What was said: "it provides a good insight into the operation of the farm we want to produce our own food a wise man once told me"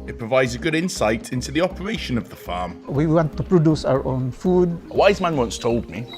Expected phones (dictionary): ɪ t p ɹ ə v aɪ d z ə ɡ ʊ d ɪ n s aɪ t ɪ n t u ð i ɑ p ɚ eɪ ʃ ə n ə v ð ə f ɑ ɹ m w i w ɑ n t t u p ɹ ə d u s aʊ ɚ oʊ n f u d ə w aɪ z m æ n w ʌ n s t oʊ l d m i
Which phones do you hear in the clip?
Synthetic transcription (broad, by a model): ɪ t p ɹ ə v aɪ d z ə ɡ ʊ d ɪ n s aɪ t ɪ n t u ð i ɑ p ɚ eɪ ʃ ə n ə v ð ə f ɑ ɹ m w i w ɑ n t t u p ɹ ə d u s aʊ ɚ oʊ n f u d ə w aɪ z m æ n w ʌ n s t oʊ l d m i